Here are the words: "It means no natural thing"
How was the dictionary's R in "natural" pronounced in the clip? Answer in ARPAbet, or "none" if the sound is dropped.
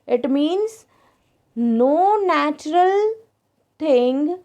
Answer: R